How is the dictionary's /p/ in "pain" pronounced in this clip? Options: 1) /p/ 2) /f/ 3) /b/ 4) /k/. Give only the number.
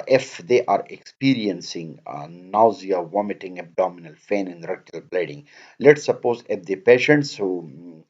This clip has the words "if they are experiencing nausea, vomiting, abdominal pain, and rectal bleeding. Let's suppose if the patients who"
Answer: 2